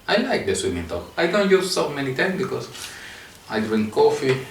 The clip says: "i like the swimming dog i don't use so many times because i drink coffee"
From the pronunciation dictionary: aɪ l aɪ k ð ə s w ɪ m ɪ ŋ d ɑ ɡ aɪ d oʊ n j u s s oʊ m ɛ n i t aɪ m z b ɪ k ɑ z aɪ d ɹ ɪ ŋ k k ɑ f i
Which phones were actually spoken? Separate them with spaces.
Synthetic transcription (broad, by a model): aɪ l aɪ k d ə s w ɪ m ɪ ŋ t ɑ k aɪ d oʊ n j u s s oʊ m ɛ n i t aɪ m b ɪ k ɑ s aɪ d ɹ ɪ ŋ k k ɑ f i